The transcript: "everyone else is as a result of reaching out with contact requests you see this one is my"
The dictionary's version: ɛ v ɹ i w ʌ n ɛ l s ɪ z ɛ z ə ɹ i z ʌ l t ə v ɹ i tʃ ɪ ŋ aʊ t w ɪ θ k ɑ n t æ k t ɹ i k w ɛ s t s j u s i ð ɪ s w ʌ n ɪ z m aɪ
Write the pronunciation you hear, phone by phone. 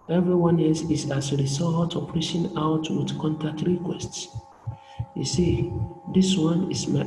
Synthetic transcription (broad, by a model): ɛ v ɹ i w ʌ n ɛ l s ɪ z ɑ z ə ɹ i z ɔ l t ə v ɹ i ʃ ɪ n aʊ t w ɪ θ k ɑ n t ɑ k t ɹ i k w ɛ s t s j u s i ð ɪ s w ʌ n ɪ s m aɪ